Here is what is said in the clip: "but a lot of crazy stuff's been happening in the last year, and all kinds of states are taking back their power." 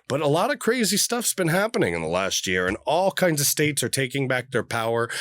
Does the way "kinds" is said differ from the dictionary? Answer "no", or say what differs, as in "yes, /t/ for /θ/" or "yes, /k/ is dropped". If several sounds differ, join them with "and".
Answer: no